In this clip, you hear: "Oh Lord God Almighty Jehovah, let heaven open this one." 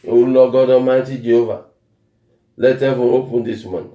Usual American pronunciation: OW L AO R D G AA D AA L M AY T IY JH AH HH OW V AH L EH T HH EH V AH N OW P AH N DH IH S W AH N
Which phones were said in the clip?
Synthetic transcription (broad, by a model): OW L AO G AA D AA M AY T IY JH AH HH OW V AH L EH T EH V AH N OW P AH N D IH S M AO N